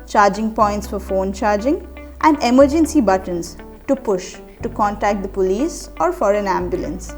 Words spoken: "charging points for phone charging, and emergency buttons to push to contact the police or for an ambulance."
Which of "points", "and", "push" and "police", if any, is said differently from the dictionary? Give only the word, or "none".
none